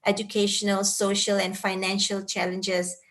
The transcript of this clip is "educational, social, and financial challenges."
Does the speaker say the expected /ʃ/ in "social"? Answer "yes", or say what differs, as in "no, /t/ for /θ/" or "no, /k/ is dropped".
yes